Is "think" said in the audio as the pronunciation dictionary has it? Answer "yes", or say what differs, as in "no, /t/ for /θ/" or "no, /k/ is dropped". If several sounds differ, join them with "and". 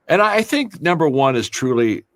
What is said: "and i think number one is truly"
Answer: yes